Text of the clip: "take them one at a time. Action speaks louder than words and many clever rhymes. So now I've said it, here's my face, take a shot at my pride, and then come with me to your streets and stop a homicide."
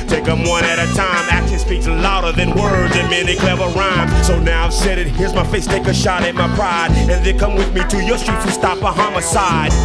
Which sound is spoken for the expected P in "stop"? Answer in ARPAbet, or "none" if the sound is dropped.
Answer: P